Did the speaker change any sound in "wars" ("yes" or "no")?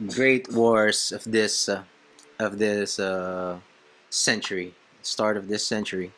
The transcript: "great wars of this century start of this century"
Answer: yes